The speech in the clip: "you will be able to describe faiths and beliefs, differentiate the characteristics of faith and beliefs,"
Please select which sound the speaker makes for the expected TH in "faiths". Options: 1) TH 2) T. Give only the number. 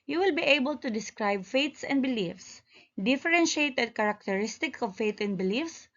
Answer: 2